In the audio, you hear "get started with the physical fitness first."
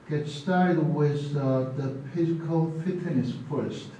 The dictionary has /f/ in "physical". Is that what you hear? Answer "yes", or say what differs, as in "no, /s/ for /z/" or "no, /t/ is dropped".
no, /p/ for /f/